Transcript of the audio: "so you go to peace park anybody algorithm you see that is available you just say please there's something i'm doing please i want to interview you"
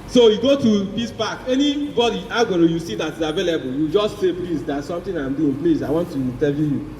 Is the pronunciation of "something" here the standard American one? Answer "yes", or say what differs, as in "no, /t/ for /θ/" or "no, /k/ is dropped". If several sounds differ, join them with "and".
no, /t/ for /θ/